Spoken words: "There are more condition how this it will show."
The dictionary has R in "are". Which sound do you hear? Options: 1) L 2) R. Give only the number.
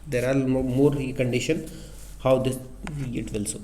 1